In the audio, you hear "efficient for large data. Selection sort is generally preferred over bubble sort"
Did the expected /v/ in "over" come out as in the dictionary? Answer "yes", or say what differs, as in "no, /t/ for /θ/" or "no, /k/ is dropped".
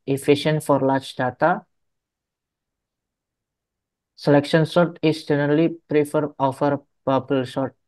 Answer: no, /f/ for /v/